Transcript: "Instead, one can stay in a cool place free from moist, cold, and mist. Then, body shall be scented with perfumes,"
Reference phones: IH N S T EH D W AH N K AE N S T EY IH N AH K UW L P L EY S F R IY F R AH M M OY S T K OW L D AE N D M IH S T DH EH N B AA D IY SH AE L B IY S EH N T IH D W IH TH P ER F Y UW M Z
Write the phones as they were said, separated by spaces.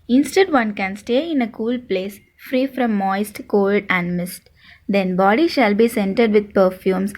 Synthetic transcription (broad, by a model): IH N S T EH D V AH N K AE N S T EY IH N AH K UW L P L EY S F R IY F R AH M M OY S T K OW L D AE N D M IH S T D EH N B AA D IY SH AE L B IY S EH N T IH D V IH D P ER F Y UW M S